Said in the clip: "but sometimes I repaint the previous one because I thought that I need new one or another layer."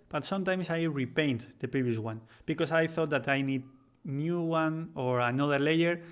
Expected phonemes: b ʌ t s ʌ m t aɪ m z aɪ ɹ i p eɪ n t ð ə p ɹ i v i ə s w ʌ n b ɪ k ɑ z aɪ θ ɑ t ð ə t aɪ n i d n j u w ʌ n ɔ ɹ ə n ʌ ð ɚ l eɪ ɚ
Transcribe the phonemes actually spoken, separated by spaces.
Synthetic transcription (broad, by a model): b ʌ t s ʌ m t aɪ m s aɪ ɹ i p eɪ n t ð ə p ɹ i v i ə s w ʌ n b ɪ k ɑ s aɪ θ ɑ t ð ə t aɪ n i d n j u w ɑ n ɔ ɹ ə n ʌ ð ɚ l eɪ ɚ